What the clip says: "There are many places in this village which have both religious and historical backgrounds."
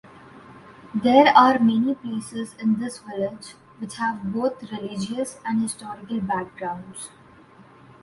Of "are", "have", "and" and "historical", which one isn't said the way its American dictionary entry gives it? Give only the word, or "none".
none